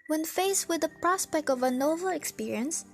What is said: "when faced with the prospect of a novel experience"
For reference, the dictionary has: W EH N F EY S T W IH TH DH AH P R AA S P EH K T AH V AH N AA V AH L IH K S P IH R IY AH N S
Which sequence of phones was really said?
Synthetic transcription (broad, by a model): W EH N F EY S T W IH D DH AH P R AA S P EH K T AH V AH N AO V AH L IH K S P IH R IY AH N S